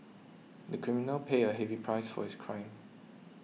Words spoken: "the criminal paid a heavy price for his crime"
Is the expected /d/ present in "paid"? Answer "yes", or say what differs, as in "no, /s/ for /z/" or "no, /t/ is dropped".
no, /d/ is dropped